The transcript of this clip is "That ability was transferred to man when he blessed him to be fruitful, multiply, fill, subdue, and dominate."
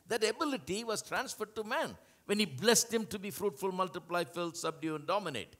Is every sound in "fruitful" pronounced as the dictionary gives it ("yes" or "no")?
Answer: yes